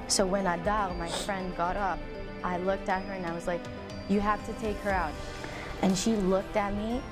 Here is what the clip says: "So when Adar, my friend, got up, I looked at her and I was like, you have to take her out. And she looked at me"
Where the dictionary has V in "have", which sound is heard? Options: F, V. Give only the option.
F